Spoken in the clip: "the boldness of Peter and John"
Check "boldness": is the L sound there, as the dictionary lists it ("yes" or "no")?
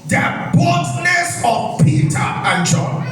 no